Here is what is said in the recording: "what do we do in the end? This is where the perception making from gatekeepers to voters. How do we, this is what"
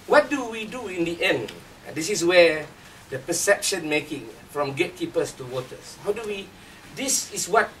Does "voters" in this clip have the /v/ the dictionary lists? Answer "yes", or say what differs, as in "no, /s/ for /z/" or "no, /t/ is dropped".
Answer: no, /w/ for /v/